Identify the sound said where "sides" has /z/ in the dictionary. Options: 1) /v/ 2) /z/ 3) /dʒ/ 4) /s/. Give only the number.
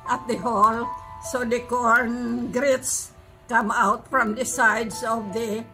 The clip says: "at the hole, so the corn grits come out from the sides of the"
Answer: 4